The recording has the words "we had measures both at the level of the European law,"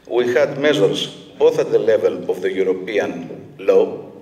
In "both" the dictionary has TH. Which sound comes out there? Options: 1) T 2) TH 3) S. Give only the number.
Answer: 2